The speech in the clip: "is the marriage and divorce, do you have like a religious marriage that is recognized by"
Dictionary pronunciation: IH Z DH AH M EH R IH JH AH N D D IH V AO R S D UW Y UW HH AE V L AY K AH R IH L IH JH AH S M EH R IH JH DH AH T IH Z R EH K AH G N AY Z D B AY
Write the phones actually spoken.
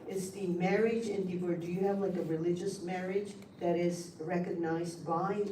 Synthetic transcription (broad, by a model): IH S DH AH M EH R IH JH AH N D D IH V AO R D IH Y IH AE V L AY K AH R IH L IH JH AH S M EH R IH JH DH AH T IH Z R EH K AH G N AY Z D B AY